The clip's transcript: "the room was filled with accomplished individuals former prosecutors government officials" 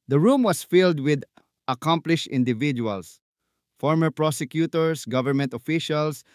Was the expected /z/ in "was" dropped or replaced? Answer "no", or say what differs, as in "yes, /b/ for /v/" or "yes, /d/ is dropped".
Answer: yes, /s/ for /z/